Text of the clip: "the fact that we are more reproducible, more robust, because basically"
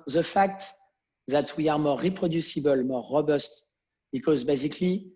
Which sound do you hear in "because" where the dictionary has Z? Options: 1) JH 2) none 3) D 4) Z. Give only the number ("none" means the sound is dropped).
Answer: 4